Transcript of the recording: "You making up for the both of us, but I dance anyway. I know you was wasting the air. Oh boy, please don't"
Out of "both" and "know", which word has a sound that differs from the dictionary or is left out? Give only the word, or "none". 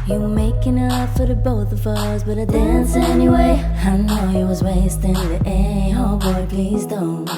none